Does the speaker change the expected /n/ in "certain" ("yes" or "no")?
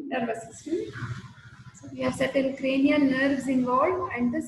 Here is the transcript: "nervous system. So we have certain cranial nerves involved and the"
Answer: yes